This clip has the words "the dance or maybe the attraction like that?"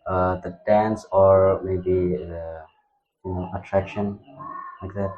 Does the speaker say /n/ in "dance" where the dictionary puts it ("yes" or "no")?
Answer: yes